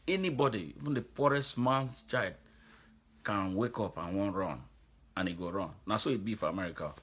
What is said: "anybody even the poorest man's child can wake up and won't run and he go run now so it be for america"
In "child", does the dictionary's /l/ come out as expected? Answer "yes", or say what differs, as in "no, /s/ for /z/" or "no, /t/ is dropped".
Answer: no, /l/ is dropped